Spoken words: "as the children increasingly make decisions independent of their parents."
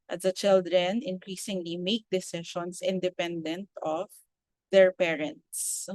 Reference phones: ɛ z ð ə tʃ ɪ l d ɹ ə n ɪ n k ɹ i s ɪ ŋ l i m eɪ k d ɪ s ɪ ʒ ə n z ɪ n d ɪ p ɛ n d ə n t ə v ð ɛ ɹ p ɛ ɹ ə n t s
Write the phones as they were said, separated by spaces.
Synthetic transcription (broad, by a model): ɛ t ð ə tʃ ɪ l d ɹ ə n ɪ n k ɹ i s ɪ ŋ l i m eɪ k d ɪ s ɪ ʃ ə n s ɪ n d ɪ p ɛ n d ə n t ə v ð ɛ ɹ p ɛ ɹ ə n t s